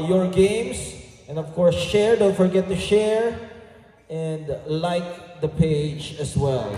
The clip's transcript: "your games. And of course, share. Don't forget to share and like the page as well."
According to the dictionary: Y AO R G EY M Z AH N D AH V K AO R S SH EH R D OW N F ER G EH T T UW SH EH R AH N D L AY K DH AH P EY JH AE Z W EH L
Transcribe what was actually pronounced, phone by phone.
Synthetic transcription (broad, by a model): Y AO R G EY M S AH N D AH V K AO R S SH EH R D OW N F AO G EH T T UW SH EH R AH N D L AY K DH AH P EY JH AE S W EH L